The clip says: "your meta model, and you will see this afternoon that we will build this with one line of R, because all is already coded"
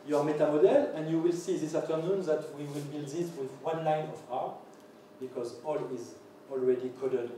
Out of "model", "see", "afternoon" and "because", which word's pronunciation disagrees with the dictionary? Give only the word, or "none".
afternoon